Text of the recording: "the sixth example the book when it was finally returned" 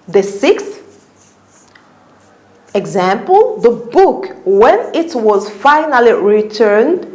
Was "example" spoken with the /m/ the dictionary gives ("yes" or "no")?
yes